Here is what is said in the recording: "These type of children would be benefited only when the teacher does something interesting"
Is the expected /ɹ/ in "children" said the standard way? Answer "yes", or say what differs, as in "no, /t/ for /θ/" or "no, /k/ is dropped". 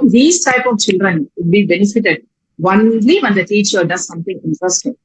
yes